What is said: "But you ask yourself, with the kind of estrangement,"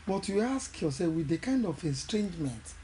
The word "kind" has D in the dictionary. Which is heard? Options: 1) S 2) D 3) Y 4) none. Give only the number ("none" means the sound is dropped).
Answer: 2